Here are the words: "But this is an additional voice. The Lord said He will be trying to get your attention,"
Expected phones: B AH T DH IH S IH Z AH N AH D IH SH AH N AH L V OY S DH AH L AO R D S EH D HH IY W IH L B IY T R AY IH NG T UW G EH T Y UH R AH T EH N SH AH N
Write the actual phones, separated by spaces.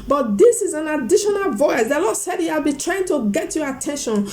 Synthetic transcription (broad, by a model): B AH T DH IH S IH Z AH N AH D IH SH AH N AH L V OY S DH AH L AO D S EH D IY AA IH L B IY T R AY IH NG T UW G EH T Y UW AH T EH N SH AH N